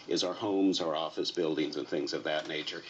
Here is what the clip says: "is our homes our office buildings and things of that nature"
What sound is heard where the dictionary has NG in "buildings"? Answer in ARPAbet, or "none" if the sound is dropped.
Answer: NG